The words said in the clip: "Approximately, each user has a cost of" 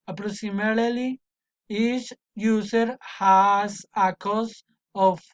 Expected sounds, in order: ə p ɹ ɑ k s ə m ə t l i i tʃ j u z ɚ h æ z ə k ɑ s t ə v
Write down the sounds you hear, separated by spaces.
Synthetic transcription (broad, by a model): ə p ɹ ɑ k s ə m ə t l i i s j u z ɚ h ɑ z ə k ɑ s ə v